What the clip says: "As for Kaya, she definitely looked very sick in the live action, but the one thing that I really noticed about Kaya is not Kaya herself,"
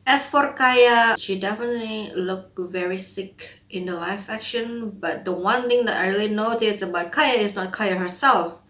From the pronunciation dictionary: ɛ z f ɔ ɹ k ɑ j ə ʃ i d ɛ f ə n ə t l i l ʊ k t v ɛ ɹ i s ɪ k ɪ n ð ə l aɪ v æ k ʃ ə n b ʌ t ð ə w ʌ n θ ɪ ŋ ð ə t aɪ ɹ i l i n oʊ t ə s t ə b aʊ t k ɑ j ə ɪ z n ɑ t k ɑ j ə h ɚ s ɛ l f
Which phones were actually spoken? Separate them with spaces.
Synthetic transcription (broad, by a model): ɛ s f ɔ ɹ k ɑ j ə ʃ i d ɛ f ə n ə t l i l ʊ k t v ɛ ɹ i s ɪ k ɪ n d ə l aɪ f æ k ʃ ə n b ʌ t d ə w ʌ n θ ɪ ŋ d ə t aɪ ɹ i l i n oʊ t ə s ə b aʊ t k ɑ j ə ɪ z n ɑ t k ɑ j ə h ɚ s ɛ l f